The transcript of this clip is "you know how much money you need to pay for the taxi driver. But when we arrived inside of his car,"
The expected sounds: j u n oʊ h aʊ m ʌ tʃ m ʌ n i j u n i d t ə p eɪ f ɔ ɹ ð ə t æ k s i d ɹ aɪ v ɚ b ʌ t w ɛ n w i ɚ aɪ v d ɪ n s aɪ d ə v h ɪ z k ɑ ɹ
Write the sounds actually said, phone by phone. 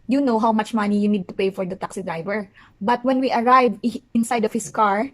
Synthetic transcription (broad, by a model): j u n oʊ h aʊ m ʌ tʃ m ʌ n i j u n i d t ə p eɪ f ɔ ɹ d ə t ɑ k s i d ɹ aɪ v ɚ b ʌ t w ɛ n w i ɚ aɪ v ɪ n s aɪ d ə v h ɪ s k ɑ ɹ